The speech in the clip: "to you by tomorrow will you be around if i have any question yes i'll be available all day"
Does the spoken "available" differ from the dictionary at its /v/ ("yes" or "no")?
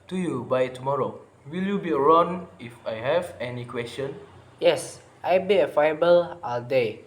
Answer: yes